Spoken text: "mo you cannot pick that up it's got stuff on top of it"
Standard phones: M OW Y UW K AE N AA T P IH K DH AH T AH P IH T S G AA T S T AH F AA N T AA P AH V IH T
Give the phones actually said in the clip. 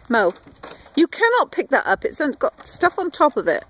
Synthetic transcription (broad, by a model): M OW Y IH K AE N AA T P IH K DH AH T AH P IH T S G AA T S T AH F N T AA P AH V IH T